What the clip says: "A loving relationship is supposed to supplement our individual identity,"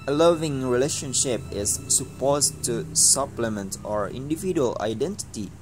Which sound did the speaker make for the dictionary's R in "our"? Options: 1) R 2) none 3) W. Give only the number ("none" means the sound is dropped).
1